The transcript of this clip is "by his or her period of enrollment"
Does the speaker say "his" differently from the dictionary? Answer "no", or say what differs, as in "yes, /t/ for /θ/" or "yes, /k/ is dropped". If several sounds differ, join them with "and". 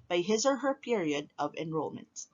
no